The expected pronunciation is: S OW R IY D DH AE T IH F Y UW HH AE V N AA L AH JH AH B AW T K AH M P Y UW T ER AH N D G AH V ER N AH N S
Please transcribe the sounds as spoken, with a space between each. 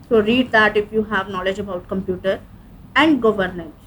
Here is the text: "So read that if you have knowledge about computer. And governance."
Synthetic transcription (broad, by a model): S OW R IY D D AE T IH F Y UW HH AE V N AA L AH JH AH B AW T K AH M P Y UW T ER AH N D G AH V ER N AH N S